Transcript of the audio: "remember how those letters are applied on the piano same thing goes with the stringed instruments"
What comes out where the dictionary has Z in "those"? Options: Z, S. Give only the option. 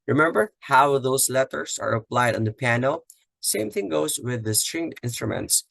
S